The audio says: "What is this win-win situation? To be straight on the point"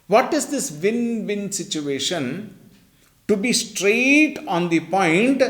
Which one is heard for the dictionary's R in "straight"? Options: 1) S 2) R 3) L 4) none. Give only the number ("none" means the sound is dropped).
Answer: 2